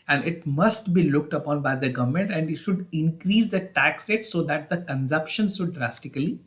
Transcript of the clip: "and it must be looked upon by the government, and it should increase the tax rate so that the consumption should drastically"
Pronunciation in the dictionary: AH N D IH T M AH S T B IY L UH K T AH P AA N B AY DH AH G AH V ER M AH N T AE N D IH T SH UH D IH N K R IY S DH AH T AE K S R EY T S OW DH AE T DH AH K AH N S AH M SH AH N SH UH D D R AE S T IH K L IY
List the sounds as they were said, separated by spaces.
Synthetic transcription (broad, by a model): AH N D IH T M AH S T B IY L UH K T AH P AA N B AY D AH G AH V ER M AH N T AE N D IH T SH UH D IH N K R IY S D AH T AE K S R EY T S OW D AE T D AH K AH N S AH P SH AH N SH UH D D R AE S T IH K L IY